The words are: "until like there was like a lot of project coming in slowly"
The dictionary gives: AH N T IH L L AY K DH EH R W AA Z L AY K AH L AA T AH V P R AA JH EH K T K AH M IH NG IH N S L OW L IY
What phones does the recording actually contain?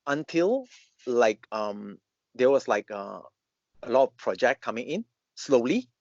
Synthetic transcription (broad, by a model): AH N T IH L L AY K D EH W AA S L AY K AH L AA T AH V P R AA JH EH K K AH M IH NG IH N S L OW L IY